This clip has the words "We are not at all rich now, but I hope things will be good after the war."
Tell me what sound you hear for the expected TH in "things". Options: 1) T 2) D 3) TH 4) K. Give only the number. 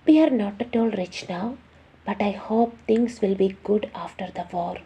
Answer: 1